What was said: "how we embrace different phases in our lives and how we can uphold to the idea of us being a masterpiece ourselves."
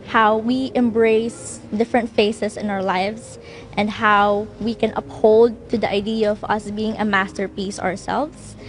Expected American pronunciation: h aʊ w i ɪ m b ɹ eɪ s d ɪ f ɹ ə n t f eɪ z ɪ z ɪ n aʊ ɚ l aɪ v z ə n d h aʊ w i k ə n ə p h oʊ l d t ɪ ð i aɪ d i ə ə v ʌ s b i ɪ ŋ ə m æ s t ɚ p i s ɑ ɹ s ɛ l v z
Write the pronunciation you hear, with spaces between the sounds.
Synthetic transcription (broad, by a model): h aʊ w i ɪ m b ɹ eɪ s d ɪ f ɹ ə n t f eɪ s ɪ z ɪ n aʊ ɚ l aɪ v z ə n d h aʊ w i k ə n ə p h oʊ l d t ɪ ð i aɪ d i ə ə v ʌ s b i ɪ ŋ ə m æ s t ɚ p i s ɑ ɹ s ɛ l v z